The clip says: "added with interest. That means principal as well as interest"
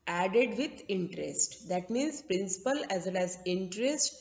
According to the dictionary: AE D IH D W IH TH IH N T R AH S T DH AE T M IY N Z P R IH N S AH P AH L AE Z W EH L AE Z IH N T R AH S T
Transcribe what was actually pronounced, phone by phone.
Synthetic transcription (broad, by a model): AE D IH D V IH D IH N T R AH S T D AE T M IY N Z P R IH N S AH P AH L AE Z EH N AE Z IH N T R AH S T